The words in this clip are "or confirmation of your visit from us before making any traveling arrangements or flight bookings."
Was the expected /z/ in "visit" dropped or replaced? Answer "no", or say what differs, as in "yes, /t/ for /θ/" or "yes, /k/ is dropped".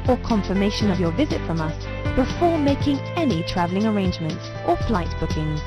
no